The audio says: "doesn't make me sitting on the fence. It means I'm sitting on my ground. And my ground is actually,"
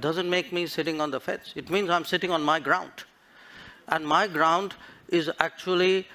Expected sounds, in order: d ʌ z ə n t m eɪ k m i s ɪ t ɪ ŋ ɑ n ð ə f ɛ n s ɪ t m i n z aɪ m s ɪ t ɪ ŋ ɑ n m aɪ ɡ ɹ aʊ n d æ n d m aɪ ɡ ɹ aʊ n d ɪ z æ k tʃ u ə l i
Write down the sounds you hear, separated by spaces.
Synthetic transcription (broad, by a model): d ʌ z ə n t m eɪ k m i s ɪ t ɪ ŋ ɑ n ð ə f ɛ s ɪ t m i n z aɪ m s ɪ t ɪ ŋ ɑ n m aɪ ɡ ɹ aʊ n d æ n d m aɪ ɡ ɹ aʊ n d ɪ z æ k tʃ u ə l i